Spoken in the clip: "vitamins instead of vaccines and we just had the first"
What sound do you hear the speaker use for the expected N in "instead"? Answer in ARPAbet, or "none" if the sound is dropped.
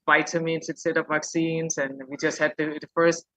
none